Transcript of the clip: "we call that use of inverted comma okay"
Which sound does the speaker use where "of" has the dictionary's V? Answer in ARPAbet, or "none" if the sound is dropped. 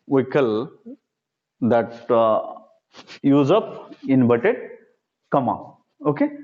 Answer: P